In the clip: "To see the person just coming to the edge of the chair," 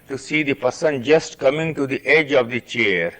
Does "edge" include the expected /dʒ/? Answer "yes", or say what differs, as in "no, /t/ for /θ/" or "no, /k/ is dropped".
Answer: yes